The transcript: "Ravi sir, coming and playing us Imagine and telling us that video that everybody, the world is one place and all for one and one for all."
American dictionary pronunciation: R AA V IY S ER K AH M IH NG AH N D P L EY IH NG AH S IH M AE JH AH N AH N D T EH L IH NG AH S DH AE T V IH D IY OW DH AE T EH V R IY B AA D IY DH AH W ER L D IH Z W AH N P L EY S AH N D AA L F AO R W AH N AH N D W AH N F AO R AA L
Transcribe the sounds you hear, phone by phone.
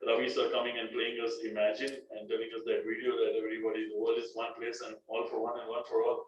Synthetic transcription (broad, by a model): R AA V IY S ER K AH M IH NG AH N D P L EY IH NG AH S IH M AE JH AH N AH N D T EH L IH NG AH S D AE T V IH D IY OW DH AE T EH V R IY B AA D IY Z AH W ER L IH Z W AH N P L EY S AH N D AA L F AO R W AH N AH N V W AH N F AO R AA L